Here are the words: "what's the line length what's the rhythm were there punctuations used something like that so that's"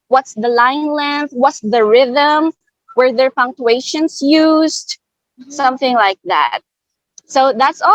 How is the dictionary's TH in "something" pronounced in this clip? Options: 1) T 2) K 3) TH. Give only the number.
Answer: 3